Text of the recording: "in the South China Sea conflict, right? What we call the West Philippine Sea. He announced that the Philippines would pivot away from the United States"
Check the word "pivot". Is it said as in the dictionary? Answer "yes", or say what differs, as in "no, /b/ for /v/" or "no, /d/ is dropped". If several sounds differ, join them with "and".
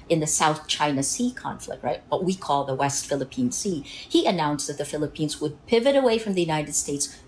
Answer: yes